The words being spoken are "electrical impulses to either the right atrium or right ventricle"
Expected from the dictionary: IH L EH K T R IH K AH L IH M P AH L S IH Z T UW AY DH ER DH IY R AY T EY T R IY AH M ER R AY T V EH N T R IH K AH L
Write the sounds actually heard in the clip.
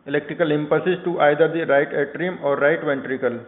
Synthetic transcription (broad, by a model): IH L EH K T R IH K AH L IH M P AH S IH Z T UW AY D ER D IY R AY T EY T R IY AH M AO R AY T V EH N T R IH K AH L